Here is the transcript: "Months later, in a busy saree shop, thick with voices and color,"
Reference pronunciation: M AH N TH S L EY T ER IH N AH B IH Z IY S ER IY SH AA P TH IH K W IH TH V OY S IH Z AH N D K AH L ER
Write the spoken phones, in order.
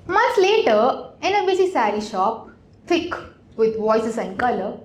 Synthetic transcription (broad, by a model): M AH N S L EY T ER IH N AH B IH S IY S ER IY SH AA P F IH K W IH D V OY S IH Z AH N D K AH L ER